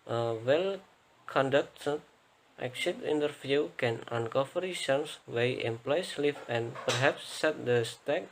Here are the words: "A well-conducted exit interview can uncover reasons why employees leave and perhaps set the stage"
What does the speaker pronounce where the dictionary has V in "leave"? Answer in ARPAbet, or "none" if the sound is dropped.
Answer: F